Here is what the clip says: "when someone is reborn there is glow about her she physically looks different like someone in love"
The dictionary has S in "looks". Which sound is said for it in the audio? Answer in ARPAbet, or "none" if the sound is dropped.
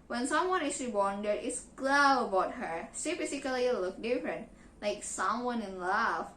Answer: none